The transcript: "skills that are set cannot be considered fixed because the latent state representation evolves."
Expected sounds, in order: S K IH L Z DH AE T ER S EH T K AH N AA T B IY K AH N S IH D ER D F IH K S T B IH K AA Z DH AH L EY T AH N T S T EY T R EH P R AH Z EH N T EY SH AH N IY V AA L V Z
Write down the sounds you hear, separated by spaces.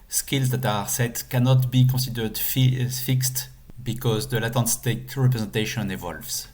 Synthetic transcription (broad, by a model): S K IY L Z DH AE T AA S EH T K AH N AA T B IY K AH S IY D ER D F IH K S T B IH K AA Z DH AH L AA T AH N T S T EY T R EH P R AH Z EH N T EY SH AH N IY V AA L V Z